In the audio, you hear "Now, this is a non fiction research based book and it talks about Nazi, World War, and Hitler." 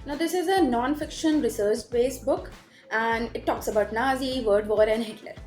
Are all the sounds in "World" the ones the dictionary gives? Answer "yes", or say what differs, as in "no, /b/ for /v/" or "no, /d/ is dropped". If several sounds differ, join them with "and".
no, /l/ is dropped